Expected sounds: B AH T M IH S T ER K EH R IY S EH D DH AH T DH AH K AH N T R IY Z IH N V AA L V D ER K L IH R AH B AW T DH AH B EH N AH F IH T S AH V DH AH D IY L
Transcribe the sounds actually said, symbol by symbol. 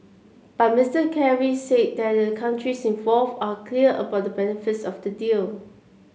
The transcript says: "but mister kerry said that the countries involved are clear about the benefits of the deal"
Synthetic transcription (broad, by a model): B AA T M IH S T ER K EH R IY S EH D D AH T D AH K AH N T R IY S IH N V AA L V AA K L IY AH AH B AW T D AH B EH N AH F IH T S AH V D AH D IY L